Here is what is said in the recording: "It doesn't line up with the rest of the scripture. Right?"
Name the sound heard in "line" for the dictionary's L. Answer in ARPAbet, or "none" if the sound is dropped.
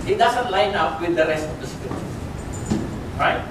L